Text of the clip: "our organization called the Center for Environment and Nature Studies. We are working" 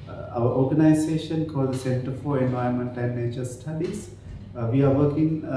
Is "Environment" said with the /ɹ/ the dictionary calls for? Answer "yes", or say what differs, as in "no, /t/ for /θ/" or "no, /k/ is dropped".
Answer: no, /ɹ/ is dropped